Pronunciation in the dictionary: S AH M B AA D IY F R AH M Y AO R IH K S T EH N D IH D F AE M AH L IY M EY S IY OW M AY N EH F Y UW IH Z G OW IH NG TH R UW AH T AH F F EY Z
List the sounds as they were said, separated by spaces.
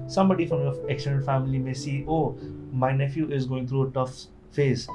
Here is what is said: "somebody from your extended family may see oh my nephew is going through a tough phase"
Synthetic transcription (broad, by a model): S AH M B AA D IY F R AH M Y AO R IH K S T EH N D F AE M AH L IY M EY S IY OW M AY N EH F Y UW IH Z G OW IH NG T R UW AH T AH F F EY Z